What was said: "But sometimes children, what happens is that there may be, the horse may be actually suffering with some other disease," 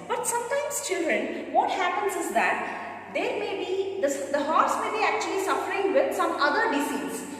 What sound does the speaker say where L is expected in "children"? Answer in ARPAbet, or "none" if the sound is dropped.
L